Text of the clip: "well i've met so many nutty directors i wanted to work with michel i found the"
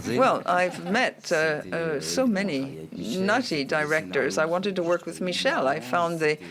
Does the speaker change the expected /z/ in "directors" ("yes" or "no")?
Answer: no